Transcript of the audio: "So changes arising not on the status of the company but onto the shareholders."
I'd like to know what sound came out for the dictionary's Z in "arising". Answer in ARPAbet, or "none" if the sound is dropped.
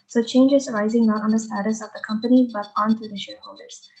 Z